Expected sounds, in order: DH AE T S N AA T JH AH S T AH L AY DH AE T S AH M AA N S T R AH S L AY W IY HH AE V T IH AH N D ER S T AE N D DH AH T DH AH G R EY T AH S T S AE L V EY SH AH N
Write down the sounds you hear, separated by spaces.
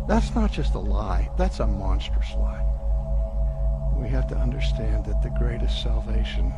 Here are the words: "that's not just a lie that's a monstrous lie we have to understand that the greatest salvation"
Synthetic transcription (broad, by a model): DH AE T S N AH T JH AH S T AH L AY DH AE T S AH M AA N S T R AH S L AY W IY HH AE F T IH AH N D ER S T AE N DH AH T DH AH G R EY T AH S T S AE L V EY SH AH N